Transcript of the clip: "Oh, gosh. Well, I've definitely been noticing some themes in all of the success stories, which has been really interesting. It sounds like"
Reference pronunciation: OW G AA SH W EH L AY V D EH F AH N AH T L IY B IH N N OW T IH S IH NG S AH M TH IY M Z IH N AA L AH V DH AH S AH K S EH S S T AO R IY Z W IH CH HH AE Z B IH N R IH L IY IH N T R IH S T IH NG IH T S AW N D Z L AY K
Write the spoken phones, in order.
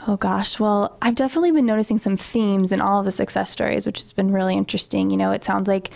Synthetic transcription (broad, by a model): OW G AA SH W EH L AY V D EH F AH N AH T L IY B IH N N OW T IH S IH NG S AH M TH IY M Z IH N AA L AH V DH AH S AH K S EH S S T AO R IY Z W IH CH HH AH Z B IH N R IH L IY IH N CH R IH S T IH NG IH T S AW N D Z L AY K